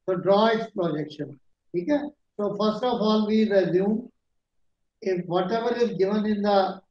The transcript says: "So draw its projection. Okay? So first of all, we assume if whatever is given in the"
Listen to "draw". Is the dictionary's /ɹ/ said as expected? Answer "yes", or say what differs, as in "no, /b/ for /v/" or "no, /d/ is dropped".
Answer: yes